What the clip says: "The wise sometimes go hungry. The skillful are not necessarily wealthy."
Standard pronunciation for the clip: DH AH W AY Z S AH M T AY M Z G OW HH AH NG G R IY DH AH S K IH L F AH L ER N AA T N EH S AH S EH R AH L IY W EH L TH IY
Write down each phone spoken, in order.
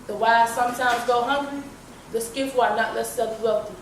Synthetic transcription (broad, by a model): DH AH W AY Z S AH M T AY M Z G OW HH AH NG G R IY DH AH S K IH F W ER N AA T L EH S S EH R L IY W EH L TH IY